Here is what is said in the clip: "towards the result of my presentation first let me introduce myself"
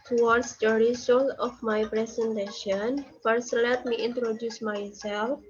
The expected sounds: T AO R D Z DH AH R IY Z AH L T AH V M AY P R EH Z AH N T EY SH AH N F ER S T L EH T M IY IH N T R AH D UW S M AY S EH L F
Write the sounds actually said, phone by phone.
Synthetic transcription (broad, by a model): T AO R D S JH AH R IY S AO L AH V M AY P R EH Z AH N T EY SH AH N F ER S T L EH T M IY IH N T R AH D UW S M AY S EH L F